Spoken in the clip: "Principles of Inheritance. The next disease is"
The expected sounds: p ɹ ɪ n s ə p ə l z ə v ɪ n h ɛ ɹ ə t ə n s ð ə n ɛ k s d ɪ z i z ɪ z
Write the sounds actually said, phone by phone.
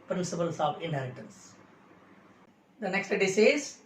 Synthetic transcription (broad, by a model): p ɹ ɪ n s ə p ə l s ə v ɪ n h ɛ l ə t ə n s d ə n ɛ k s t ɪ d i s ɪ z